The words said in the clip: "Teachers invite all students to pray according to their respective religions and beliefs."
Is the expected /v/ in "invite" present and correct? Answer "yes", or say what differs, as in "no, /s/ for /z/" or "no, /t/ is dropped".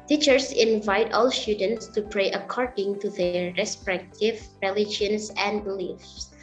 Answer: yes